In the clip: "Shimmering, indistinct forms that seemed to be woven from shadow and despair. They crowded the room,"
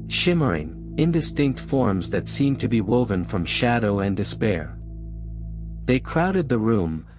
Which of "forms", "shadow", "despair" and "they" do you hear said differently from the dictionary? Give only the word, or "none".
none